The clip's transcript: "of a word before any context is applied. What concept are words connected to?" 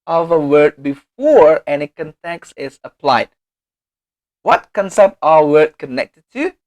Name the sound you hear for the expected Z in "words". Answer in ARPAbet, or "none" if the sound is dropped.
none